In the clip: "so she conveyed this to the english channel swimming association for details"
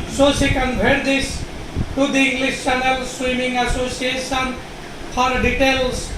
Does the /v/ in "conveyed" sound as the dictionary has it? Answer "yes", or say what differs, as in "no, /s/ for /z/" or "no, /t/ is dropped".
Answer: no, /b/ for /v/